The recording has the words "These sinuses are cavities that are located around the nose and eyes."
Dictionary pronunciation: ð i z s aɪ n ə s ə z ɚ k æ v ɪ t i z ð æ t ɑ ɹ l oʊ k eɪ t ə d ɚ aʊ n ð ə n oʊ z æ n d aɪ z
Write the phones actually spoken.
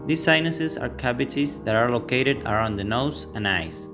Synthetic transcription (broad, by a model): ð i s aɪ n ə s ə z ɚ k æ b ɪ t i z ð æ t ɑ ɹ l oʊ k eɪ t ə d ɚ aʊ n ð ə n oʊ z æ n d aɪ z